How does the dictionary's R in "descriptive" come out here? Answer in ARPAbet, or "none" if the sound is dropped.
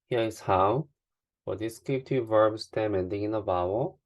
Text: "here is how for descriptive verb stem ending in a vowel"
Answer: none